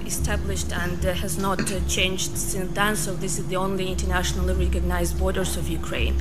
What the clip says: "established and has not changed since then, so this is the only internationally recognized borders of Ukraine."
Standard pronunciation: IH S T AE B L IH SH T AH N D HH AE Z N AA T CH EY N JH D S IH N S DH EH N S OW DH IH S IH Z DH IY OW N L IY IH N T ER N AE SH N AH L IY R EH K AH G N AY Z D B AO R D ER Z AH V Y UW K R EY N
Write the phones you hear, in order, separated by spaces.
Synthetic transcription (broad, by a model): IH S T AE B L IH SH T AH N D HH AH Z N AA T CH EY N JH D S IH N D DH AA N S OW DH IH S IH Z DH IY OW N L IY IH N T ER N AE SH N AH L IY R EH K AH G N AY Z D B AO R D ER Z AH V Y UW K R EY N